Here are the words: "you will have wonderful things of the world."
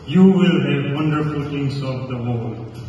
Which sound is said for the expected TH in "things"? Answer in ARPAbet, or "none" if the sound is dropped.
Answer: T